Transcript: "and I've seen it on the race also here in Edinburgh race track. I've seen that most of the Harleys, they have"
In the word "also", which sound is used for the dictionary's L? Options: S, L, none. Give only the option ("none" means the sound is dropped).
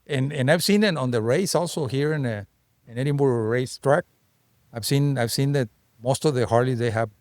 L